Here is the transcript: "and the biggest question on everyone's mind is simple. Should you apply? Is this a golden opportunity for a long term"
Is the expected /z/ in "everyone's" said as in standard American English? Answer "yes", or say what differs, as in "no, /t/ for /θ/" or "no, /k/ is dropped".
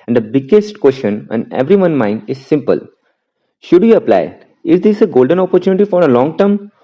no, /z/ is dropped